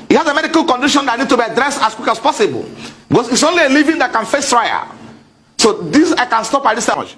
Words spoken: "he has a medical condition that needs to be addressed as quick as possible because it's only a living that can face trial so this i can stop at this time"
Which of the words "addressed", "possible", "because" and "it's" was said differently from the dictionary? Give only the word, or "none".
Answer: because